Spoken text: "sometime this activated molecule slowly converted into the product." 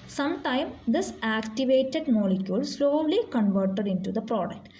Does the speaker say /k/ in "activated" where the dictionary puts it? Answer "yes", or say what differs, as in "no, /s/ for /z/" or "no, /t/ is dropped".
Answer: yes